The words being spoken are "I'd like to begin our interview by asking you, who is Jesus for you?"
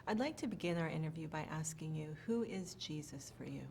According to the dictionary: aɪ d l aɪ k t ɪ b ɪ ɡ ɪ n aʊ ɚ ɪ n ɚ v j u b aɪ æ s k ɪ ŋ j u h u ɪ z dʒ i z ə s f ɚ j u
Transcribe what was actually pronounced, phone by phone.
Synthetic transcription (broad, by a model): aɪ d l aɪ k t ɪ b ɪ ɡ ɪ n aʊ ɚ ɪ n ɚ v j u b aɪ æ s k ɪ ŋ j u h u ɪ z dʒ i z ə s f ɚ j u